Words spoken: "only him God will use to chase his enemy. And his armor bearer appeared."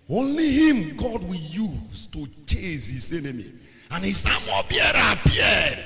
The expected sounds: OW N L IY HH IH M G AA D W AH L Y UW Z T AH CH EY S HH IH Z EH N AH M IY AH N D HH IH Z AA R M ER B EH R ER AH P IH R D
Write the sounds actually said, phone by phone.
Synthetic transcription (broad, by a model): OW N L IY HH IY M G AA D W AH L Y UW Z T AH CH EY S HH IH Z EH N AH M IY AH N HH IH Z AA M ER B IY ER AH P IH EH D